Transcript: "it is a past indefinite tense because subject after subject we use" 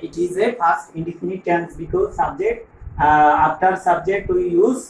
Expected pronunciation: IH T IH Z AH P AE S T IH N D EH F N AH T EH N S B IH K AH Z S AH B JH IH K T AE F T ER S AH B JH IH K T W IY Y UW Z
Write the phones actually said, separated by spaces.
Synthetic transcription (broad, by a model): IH T IH Z AH F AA S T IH N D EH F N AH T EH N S B IH K AH Z S AH B JH IH K T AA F T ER S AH B JH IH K T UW Y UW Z